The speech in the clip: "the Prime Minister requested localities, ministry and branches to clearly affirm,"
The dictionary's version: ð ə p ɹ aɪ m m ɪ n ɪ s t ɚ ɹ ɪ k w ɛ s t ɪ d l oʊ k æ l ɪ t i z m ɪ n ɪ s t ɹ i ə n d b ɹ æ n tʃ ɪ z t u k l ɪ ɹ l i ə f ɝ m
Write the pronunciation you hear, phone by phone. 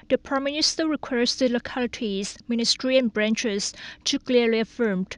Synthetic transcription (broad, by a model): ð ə p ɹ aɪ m m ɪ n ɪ s t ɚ ɹ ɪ k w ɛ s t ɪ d l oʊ k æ l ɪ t i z m ɪ n ɪ s t ɹ i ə n b ɹ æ n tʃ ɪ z t u k l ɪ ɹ l i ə f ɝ m